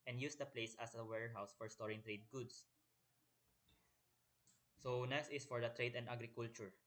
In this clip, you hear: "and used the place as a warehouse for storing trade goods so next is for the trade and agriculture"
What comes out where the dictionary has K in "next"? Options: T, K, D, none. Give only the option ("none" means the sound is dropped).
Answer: none